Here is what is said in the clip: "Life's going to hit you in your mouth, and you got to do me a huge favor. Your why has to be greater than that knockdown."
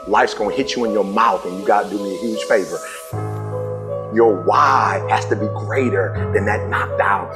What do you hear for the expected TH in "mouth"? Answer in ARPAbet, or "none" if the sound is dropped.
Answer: TH